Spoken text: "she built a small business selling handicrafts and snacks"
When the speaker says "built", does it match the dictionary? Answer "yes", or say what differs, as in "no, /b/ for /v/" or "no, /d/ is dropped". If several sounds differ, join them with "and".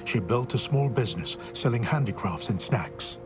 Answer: yes